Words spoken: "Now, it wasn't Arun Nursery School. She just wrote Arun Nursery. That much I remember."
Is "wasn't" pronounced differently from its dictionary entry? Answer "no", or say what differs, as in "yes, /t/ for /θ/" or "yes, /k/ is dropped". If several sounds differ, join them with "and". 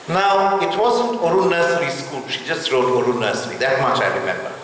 no